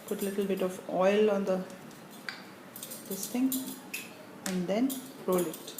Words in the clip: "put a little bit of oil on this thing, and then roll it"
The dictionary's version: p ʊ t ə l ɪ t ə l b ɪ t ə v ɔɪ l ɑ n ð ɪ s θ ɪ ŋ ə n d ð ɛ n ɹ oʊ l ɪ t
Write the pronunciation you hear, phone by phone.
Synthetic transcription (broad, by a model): p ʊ t ə l ɪ t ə l b ɪ t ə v ɔɪ l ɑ n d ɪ s t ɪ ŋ ə n d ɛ n ɹ oʊ l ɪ t